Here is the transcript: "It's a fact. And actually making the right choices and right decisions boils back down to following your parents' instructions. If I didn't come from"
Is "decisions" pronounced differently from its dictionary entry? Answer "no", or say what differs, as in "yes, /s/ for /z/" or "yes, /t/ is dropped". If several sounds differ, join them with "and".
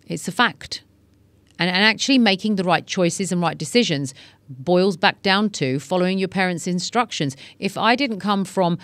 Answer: no